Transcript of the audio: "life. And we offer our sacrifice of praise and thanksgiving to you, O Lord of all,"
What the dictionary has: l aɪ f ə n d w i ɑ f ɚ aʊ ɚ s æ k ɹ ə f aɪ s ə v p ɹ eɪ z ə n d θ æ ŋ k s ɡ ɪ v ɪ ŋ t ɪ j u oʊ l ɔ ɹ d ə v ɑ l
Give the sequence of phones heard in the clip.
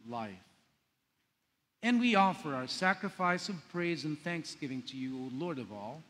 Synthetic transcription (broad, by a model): l aɪ f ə n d w i ɑ f ɚ aʊ ɚ s æ k ɹ ə f aɪ s ə v p ɹ eɪ z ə n θ æ ŋ k s ɡ ɪ v ɪ ŋ t ɪ j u oʊ l ɔ ɹ d ə v ɑ l